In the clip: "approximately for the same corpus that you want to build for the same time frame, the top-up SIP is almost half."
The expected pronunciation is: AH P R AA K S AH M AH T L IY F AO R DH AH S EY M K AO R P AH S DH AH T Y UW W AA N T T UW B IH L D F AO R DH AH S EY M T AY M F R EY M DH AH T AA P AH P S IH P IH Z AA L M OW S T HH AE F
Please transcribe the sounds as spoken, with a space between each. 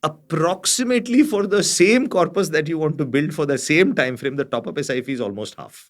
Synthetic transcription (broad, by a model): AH P R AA K S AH M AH T L IY F AO R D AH S EY M K AO R P AH S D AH T Y UW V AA N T T UW B IH L D F AO R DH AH S EY M T AY M F R EY M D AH T AA P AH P S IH F IH Z AA L M OW S T HH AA F